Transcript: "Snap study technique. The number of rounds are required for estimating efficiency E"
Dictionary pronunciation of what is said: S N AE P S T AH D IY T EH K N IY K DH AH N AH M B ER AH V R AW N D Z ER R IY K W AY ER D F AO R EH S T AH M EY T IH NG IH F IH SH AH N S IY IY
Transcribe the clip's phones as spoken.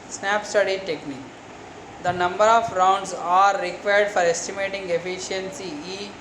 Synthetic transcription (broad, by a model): S N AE P S T AH D IY T EH K N IY K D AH N AH M B ER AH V R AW N D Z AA R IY K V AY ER D F AO R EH S T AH M EY T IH NG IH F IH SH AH N S IY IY